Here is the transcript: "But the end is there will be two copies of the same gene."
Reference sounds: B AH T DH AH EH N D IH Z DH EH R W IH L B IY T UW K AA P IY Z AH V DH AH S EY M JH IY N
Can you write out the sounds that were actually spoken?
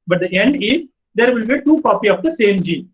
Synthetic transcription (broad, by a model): B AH T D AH EH N D IH Z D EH R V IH L B IY T UW K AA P IY AH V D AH S EY M JH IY